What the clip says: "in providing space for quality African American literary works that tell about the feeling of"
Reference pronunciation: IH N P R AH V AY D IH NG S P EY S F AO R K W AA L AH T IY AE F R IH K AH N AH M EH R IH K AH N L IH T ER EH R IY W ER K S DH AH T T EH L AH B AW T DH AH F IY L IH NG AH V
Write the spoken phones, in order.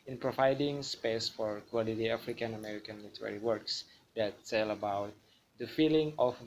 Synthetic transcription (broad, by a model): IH N P R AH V AY D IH NG S P EY S F AO R K W AA L AH T IY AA F R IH K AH N AH M EH R IH K AH N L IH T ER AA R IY W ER K S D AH T S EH L AH B AW T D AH F IY L IH NG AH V